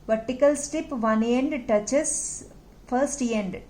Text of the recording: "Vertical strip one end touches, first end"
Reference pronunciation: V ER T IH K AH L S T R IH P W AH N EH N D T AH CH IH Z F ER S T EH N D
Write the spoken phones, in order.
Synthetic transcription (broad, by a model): V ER T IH K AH L S T IH P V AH N EH N D T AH CH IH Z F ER S T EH N D